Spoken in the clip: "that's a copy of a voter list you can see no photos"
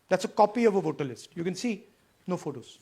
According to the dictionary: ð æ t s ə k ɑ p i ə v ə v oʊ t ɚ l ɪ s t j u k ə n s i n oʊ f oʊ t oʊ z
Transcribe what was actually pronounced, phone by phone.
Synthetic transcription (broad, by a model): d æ t s ə k ɑ p i ə v ə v oʊ t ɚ l ɪ s t j u k ə n s i n oʊ f oʊ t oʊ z